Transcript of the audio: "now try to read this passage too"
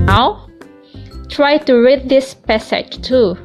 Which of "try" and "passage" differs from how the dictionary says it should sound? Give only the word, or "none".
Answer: passage